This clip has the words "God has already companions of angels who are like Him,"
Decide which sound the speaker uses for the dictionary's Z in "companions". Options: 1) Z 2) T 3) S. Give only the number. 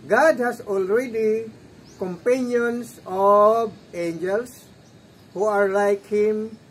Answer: 3